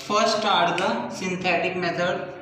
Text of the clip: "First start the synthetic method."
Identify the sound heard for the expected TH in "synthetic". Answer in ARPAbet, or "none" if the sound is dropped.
T